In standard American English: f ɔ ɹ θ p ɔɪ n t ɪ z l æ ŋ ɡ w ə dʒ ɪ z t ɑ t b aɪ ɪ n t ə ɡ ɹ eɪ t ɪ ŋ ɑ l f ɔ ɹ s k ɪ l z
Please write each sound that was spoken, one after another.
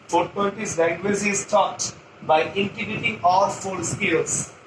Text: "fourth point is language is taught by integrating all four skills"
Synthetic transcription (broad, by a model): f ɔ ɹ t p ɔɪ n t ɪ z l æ ŋ ɡ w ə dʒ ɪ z t ɑ t b aɪ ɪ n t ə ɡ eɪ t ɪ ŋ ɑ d f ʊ l s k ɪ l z